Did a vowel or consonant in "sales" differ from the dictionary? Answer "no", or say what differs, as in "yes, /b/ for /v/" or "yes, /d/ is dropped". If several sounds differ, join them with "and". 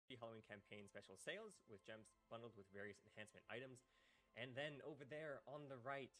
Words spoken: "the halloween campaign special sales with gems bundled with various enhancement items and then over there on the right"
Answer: no